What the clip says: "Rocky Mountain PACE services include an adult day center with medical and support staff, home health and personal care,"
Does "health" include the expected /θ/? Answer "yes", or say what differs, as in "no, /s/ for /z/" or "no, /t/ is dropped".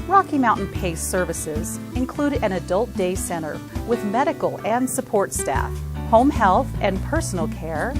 yes